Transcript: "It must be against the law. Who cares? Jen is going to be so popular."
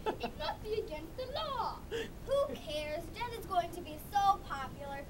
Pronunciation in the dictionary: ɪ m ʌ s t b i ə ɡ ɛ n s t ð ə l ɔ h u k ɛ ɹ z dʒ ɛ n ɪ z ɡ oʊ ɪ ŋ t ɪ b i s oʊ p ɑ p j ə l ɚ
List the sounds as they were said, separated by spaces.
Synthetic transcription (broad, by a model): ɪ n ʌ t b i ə ɡ ɛ n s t ð ə l ɔ h u k ɛ ɹ z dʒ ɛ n ɪ z ɡ oʊ ɪ ŋ t ɪ b i s oʊ p ɑ p j l ɚ